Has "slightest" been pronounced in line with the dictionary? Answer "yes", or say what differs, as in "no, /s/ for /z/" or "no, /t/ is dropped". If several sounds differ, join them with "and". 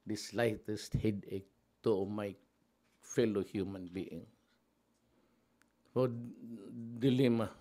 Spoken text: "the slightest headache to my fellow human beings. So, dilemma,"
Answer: yes